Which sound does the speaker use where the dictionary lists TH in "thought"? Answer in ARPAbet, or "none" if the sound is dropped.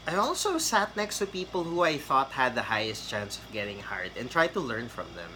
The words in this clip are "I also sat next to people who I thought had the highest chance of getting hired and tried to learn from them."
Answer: TH